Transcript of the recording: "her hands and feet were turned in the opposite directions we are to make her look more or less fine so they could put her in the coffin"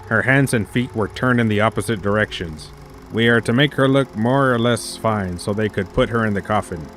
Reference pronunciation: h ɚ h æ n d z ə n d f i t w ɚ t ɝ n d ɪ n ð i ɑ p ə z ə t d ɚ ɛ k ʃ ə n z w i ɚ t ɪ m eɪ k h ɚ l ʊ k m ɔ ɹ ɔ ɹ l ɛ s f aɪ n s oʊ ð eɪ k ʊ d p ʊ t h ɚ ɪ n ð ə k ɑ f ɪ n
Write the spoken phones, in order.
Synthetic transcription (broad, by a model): h ɚ h æ n d z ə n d f i t w ɚ t ɝ n d ɪ n ð i ɑ p ə z ə t d ɚ ɛ k ʃ ə n z w i ɚ t ɪ m eɪ k h ɚ l ʊ k m ɔ ɹ ɔ ɹ l ɛ s f aɪ n s oʊ ð eɪ k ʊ d p ʊ t h ɚ ɪ n ð ə k ɑ f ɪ n